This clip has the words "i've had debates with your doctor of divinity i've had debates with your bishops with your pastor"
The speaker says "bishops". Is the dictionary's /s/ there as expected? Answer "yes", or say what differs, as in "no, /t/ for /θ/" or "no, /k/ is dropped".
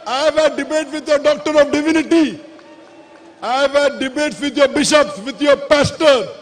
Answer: yes